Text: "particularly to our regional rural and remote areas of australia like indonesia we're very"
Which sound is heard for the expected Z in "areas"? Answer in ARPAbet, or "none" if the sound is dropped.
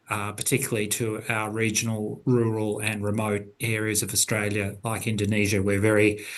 Z